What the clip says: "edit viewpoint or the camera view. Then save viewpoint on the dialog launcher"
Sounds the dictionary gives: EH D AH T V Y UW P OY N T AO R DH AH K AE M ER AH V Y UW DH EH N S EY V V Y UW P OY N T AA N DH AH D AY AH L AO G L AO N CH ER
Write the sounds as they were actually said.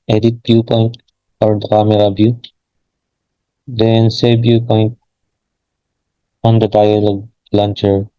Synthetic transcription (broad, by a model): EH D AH T B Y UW P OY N T AO R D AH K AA M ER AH B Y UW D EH N S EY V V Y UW P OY N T AA N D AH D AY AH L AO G L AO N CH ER